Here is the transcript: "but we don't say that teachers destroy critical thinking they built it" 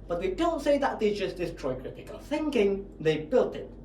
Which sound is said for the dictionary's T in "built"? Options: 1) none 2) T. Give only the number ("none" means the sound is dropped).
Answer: 2